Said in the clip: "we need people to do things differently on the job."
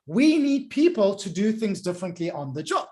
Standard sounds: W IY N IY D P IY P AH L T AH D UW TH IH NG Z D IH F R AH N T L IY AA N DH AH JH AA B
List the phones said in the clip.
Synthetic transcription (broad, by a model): W IY N IY D P IY P AH L T AH D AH TH IH NG Z D IH F R AH N T L IY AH N DH AH JH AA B